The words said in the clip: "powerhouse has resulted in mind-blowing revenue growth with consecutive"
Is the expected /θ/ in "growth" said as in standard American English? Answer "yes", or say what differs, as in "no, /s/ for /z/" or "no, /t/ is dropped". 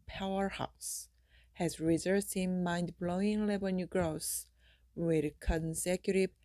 no, /s/ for /θ/